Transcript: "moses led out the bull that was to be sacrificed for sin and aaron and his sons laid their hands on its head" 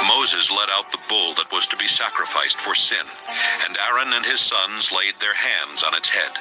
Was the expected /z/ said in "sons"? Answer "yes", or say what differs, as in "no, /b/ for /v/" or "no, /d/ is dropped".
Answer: yes